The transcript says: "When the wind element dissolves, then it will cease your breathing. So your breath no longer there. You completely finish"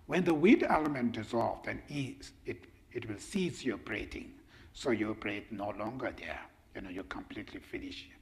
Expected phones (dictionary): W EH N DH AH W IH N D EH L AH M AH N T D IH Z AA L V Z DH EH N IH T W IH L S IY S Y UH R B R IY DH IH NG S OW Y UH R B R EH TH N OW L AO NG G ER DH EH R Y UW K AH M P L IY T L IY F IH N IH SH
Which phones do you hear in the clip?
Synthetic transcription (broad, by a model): W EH N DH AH W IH D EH L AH M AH N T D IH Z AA L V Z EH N IH T W IH L S IY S Y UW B R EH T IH NG S OW Y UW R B R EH T N OW L AO NG G ER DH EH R Y UW K AH M P L IY T L IY F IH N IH SH